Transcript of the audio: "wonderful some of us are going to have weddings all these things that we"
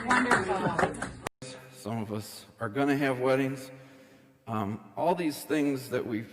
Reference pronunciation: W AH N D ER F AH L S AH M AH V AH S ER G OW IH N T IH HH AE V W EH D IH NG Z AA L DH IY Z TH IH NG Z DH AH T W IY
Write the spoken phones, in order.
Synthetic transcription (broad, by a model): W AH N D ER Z S AH M AH V AH S ER G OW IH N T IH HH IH V W EH D IH NG Z AA L DH IY Z TH IH NG Z DH AH T W IY